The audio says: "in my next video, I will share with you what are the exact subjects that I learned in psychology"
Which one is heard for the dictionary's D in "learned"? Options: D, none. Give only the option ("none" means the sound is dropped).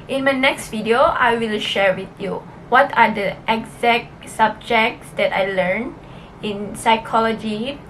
none